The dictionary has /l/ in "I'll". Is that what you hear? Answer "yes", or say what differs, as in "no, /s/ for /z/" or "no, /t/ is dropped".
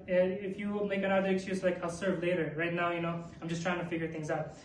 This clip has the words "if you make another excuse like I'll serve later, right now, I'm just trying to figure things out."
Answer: yes